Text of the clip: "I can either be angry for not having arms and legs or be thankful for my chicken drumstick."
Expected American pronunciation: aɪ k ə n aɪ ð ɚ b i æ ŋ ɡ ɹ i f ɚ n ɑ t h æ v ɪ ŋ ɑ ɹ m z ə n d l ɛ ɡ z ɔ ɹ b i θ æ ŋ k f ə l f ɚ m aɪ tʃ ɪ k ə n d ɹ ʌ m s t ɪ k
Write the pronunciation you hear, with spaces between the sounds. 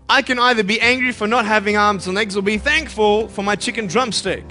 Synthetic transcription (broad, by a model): aɪ k ə n aɪ ð ɚ b i æ ŋ ɡ ɹ i f ɚ n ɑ t h æ v ɪ ŋ ɑ ɹ m z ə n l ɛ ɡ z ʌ l b i θ æ ŋ k f ə l f ɚ m aɪ tʃ ɪ k ə n d ɹ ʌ m s t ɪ k